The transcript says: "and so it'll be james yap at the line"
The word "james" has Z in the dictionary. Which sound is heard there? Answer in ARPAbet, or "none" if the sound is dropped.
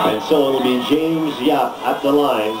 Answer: Z